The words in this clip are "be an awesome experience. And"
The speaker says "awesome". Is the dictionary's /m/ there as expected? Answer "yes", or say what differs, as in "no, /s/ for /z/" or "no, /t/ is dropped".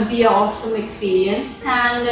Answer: yes